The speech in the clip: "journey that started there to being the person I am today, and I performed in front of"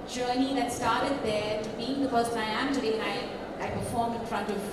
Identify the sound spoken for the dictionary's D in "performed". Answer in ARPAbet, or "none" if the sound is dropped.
none